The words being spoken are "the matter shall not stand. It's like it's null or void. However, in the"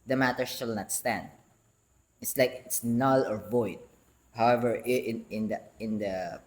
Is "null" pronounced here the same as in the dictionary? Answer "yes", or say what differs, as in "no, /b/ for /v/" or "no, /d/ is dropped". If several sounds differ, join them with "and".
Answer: yes